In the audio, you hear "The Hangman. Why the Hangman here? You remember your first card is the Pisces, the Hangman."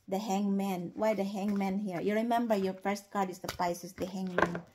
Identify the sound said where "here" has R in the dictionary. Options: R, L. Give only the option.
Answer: R